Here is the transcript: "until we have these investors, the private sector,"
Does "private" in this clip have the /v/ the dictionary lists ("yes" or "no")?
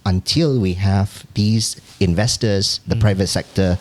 yes